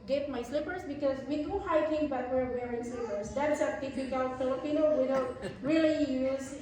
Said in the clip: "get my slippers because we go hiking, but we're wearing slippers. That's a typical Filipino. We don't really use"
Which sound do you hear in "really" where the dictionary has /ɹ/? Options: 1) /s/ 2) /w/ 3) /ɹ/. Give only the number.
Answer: 3